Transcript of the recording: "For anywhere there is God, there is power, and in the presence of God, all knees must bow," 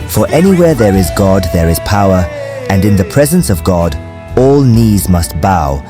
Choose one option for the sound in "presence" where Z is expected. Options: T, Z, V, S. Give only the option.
Z